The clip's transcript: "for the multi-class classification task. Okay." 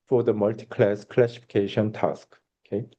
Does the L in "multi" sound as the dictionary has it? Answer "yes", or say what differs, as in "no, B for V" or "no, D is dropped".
yes